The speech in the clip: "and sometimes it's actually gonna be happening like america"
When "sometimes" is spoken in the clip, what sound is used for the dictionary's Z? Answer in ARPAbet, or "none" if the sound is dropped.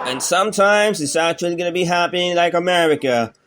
Z